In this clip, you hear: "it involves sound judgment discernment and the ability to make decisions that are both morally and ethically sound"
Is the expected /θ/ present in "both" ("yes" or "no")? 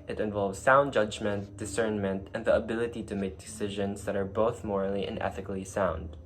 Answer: yes